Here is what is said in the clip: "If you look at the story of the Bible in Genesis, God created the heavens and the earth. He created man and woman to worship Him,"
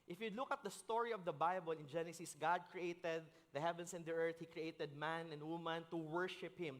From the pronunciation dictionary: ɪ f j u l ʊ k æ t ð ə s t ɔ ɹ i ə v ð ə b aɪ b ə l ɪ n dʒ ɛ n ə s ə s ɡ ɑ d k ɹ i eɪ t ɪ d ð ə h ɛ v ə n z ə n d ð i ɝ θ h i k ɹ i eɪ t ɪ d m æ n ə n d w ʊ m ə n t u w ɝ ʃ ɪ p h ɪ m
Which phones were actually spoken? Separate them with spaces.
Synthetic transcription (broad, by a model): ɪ f j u l ʊ k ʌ t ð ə s t ɔ ɹ i ə v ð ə b aɪ b ə l ɪ n dʒ ɛ n ə s ə s ɡ ɑ d k ɹ i eɪ t ɪ d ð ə h ɛ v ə n s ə n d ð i ɝ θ h i k ɹ i eɪ t ɪ d m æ n ə n d w ʊ m ə n t u w ɝ ʃ ɪ p h ɪ m